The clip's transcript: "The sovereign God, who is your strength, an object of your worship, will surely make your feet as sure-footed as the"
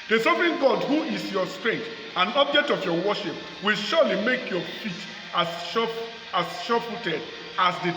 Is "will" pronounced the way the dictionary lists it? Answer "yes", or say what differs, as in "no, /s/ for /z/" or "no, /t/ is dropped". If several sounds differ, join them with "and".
yes